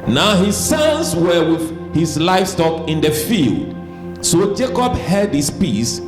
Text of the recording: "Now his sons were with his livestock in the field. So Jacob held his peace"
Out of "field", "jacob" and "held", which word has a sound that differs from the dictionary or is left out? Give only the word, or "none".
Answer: held